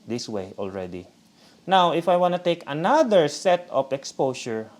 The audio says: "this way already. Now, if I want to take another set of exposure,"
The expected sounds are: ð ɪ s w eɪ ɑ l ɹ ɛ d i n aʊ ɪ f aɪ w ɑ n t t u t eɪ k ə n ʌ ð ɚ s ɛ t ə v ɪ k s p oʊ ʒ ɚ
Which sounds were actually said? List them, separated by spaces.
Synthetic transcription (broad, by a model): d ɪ s w eɪ ɑ l ɹ ɛ d i n aʊ ɪ f aɪ w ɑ n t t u t eɪ k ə n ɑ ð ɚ s ɛ t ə p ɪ k s p oʊ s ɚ